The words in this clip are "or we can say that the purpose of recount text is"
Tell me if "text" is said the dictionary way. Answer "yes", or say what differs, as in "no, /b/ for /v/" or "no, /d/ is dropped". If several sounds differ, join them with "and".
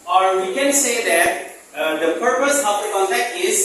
no, /s/ is dropped